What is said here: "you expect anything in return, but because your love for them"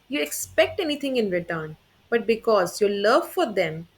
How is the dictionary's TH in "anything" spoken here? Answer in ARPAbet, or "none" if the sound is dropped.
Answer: T